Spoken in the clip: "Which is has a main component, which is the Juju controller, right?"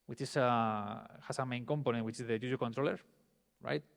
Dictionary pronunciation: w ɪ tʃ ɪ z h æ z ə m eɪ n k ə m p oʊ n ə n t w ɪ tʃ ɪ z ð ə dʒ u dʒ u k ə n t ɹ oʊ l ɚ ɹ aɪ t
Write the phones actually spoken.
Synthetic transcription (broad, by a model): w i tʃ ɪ s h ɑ s ə m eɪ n k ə m p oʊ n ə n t w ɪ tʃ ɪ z ð ə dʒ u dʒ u k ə n t ɹ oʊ l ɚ ɹ aɪ t